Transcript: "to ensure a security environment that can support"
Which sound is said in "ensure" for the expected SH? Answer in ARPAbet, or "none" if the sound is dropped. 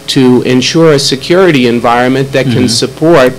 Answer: SH